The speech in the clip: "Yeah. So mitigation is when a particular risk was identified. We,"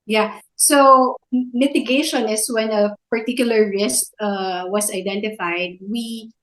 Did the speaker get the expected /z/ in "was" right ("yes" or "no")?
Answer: no